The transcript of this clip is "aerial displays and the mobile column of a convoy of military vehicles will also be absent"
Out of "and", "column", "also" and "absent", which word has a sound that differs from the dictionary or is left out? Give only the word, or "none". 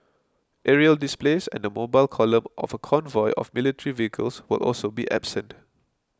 none